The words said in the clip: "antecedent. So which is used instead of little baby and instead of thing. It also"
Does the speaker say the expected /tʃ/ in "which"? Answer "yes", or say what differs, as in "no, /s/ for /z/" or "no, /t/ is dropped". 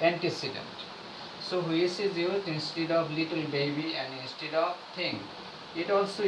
no, /s/ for /tʃ/